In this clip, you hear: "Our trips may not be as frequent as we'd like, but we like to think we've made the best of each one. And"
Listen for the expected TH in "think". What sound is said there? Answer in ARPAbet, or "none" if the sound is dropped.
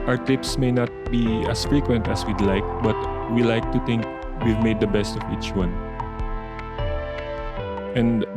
T